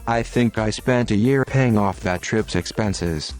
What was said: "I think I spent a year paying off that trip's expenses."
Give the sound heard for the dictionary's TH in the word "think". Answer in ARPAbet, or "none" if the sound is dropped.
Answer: TH